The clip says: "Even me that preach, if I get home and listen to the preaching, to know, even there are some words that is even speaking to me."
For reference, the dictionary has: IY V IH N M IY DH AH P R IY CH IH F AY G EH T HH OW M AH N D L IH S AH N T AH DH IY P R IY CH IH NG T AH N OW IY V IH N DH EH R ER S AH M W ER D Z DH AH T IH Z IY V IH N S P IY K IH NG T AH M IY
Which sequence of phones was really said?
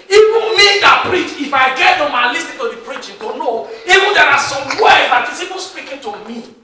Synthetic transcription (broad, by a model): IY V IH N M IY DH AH P R IY CH IH F AY G EH T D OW M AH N L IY S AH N T AH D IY P R IY CH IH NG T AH N OW IY V IH N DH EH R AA S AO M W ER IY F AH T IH S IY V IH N S P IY K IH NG T AH M IY